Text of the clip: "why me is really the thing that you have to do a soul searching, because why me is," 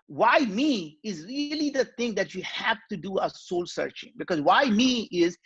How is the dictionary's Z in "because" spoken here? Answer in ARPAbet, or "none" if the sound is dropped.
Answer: Z